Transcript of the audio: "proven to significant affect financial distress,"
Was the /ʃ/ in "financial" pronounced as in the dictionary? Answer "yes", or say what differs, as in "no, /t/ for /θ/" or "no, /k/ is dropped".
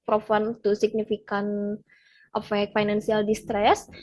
no, /s/ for /ʃ/